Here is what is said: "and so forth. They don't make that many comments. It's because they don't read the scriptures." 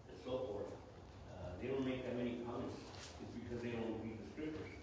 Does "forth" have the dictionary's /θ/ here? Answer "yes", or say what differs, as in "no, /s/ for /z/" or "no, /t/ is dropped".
yes